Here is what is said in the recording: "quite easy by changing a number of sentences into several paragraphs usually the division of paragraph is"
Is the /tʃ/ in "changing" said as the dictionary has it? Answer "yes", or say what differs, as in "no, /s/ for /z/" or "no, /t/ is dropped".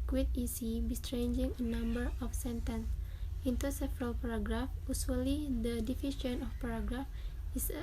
no, /s/ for /tʃ/